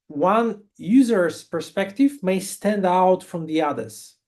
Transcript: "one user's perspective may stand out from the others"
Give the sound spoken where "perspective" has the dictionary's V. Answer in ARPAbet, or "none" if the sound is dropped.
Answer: V